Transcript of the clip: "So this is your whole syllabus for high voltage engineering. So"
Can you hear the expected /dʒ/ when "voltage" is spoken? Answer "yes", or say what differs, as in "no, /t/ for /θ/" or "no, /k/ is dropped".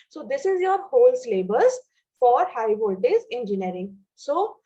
no, /z/ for /dʒ/